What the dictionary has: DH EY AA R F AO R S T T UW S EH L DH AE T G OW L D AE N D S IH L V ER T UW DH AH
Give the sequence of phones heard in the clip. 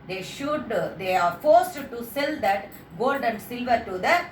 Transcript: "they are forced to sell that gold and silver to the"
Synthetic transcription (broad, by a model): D EY AA R F AO R S T T UW S EH L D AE T G OW L D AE N D S IH L V ER T UW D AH